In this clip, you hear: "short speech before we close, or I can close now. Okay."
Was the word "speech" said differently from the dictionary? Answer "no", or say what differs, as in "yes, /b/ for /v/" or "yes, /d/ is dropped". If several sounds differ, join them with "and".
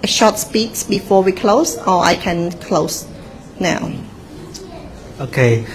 yes, /s/ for /tʃ/